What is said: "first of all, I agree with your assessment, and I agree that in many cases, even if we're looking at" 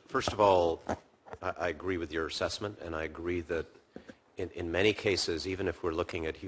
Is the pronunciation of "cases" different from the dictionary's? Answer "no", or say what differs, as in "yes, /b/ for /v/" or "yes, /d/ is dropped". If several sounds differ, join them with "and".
no